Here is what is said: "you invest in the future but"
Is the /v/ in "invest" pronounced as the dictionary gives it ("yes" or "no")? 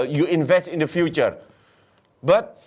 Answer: yes